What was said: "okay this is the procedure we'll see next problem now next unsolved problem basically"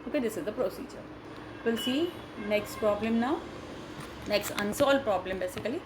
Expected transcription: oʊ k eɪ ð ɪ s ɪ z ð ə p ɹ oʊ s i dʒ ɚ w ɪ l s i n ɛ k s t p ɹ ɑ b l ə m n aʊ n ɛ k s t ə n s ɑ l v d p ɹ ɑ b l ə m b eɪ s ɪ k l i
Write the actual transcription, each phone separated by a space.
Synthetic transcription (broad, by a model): oʊ k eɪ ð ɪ s ɪ z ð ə p ɹ oʊ s i dʒ ɚ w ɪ l s i n ɛ k s t p ɹ ɑ b l ə m n aʊ n ɛ k s t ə n s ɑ l d p ɹ ɑ b l ə m b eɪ s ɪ k l i